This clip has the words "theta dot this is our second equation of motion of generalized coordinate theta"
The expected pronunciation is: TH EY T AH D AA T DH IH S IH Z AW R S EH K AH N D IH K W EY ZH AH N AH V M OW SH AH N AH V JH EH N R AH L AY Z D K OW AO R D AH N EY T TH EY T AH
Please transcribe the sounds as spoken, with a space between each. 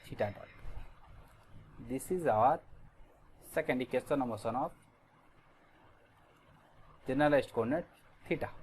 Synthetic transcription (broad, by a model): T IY T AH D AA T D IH S IH Z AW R S EH K AH N D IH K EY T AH N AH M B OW S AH N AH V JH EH N AH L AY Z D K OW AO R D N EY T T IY T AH